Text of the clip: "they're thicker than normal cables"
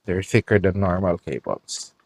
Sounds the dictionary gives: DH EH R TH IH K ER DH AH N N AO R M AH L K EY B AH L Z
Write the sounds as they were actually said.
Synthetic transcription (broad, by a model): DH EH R F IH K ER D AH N N AO R M AH L K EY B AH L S